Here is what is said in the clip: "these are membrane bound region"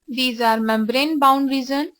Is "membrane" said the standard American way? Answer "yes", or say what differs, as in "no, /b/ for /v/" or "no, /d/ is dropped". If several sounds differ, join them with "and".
yes